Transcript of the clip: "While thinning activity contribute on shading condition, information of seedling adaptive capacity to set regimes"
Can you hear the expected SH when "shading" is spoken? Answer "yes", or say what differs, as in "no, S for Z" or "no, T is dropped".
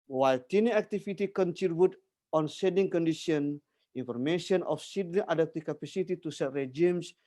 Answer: no, S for SH